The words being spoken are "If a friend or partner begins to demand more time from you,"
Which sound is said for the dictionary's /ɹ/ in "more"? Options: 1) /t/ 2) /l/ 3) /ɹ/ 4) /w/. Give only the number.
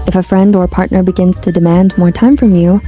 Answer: 3